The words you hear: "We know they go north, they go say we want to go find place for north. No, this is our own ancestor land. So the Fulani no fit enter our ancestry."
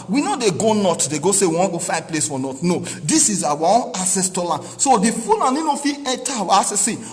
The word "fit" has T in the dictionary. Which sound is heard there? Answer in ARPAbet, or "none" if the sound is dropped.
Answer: none